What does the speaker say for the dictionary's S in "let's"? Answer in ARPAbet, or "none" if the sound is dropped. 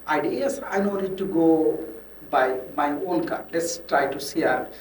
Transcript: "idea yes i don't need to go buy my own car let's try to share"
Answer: S